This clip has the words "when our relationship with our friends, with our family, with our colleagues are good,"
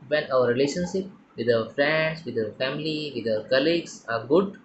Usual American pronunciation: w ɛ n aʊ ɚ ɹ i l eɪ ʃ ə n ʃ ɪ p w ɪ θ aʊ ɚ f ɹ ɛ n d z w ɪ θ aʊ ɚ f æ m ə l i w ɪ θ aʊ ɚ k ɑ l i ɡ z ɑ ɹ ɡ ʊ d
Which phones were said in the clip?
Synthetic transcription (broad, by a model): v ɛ n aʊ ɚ ɹ i l eɪ ʃ ə n ʃ ɪ p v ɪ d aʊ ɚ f ɹ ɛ n d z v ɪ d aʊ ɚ f æ m ə l i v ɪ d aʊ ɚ k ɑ l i ɡ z ɑ ɹ ɡ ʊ d